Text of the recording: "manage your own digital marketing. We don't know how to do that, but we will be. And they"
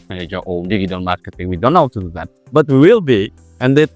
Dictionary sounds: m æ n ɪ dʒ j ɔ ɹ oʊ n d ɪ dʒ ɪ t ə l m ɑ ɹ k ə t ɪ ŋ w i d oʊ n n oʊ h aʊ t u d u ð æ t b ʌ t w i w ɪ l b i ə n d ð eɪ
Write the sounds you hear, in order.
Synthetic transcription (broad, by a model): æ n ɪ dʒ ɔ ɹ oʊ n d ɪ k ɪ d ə n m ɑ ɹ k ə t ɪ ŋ w i d oʊ n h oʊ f t u d u ð æ t b ʌ t w i w ɪ l b i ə n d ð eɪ